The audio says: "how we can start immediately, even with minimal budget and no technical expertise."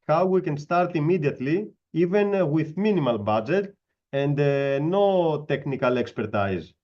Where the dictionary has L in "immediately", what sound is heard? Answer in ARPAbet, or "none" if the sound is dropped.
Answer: L